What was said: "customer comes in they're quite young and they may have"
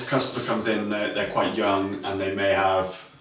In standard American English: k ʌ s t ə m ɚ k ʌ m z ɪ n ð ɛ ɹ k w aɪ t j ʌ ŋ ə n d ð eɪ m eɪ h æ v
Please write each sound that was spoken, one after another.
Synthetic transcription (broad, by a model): k ʌ s t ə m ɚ k ʌ m z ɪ n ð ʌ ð k w aɪ t j ʌ ŋ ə n ð eɪ m eɪ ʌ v